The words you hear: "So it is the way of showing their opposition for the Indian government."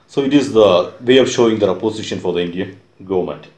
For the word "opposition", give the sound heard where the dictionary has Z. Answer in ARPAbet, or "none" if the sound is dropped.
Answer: S